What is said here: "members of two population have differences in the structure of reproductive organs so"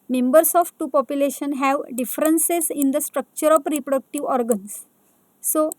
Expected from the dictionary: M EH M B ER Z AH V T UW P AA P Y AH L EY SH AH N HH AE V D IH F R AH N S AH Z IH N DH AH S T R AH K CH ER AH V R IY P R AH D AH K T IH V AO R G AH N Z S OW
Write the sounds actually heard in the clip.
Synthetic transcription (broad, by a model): M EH M B ER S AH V T UW P AA P Y AH L EY SH AH N HH AE V D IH F R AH N S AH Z IH N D AH S T R AH K CH ER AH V R IY P R AH D AH K T IH V AO R G AH N S OW